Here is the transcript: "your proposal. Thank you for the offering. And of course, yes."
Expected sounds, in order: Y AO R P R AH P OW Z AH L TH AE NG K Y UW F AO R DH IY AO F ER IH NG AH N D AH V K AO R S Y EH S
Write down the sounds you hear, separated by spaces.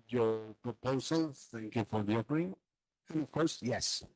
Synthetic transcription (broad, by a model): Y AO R P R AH P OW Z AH L TH AE NG K Y UW F AO R DH IY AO P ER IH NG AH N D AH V K AO R S Y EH S